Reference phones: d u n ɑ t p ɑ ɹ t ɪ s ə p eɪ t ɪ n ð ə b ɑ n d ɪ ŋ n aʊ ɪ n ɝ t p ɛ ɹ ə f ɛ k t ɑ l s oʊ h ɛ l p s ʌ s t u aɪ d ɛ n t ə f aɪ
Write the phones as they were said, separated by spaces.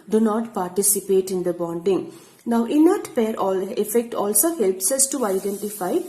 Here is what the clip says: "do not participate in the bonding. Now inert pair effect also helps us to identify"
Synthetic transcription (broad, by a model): d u n ɑ t p ɑ ɹ t ɪ s ə p eɪ t ɪ n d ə b ɑ n d ɪ ŋ n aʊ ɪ n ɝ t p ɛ ɹ ə f ɛ k t ɑ l s oʊ h ɛ l p s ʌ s t u aɪ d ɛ n t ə f aɪ